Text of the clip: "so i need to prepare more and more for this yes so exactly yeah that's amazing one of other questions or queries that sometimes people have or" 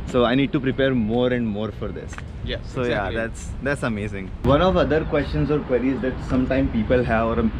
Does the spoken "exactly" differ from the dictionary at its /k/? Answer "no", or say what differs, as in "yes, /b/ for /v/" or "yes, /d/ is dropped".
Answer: yes, /k/ is dropped